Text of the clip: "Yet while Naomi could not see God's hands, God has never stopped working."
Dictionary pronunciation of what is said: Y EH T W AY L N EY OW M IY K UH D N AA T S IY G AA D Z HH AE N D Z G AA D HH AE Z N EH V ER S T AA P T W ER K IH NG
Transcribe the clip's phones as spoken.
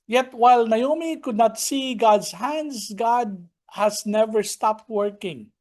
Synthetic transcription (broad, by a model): Y EH T W AY L N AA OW M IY K UH D N AA T S IY G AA D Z HH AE N D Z G AA D HH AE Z N EH V ER S T AA P T W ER K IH NG